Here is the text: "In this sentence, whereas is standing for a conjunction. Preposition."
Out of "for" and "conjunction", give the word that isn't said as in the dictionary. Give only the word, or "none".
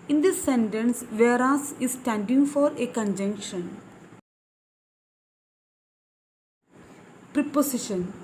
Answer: none